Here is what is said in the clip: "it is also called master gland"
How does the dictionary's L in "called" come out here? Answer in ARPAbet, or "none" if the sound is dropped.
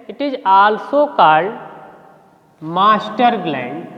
none